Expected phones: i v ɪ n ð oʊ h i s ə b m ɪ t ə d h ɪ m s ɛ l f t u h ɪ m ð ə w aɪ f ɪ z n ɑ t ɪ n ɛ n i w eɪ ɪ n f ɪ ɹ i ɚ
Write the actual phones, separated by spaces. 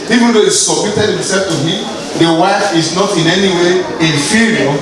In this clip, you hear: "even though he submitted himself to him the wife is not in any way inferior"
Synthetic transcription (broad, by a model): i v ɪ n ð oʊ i s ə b m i t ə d h ɪ m s ɛ l f t u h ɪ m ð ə w aɪ f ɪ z n ɑ t ɪ n ɛ n i w eɪ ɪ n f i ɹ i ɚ